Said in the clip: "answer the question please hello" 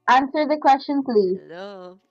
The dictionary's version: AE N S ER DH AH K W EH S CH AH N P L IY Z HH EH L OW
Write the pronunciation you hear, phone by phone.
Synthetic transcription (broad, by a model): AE N S ER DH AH K W EH S CH AH N P L IY Z